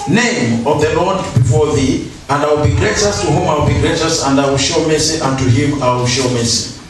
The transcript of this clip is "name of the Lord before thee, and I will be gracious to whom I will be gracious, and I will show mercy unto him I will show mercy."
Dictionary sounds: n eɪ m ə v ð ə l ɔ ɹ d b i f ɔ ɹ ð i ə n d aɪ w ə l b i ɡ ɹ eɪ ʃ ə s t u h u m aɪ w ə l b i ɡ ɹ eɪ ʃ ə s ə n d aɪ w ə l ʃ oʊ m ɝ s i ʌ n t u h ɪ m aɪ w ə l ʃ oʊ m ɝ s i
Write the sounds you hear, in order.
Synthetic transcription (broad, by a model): n eɪ m ə v ð ə l ɔ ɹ d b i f ɔ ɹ ð i ə n d aɪ w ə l b i ɡ ɹ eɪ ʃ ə s t u h u m aɪ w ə l b i ɡ ɹ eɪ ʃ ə s ə n d aɪ w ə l ʃ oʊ m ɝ s i ʌ n t u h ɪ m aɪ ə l ʃ oʊ m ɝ s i